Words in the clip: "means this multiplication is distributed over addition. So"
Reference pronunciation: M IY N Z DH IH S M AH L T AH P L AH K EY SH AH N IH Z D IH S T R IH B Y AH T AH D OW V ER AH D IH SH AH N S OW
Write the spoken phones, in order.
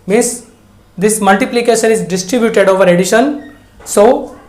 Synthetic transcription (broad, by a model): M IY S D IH S M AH L T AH P L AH K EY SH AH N IH Z D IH S T R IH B Y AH T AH D OW V ER AH D IH SH AH N S OW